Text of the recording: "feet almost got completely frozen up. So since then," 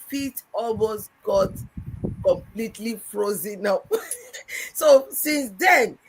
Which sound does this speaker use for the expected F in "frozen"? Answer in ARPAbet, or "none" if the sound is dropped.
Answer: F